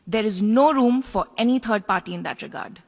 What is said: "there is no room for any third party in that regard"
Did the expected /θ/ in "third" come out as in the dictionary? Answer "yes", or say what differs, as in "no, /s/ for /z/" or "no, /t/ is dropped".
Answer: no, /t/ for /θ/